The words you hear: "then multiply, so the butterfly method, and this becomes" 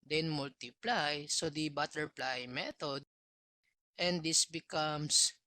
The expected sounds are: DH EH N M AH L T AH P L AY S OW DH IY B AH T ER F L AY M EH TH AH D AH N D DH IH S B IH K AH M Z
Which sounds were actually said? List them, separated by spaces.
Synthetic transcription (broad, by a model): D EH N M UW L T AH P L AY S OW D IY B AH T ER P L AY M EH T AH D AH N D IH S B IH K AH M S